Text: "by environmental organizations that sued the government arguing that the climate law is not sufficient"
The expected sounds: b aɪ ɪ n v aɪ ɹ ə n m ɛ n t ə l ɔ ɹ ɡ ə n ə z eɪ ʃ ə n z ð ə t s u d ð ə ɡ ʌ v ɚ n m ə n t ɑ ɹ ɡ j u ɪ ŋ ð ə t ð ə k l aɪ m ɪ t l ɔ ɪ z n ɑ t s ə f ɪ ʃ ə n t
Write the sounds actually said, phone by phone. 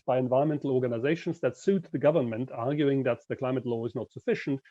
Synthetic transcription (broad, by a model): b aɪ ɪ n v aɪ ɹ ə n m ɛ n t l ɔ ɹ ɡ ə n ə z eɪ ʃ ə n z ð ə t s u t ð ə ɡ ʌ v ɚ n m ə n t ɑ ɹ ɡ j u ɪ ŋ ð ə t ð ə k l aɪ m ɪ t l ɔ ɪ z n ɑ t s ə f ɪ ʃ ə n t